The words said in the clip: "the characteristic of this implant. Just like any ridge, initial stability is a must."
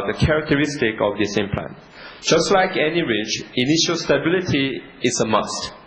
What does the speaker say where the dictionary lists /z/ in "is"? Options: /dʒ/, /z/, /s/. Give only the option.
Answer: /s/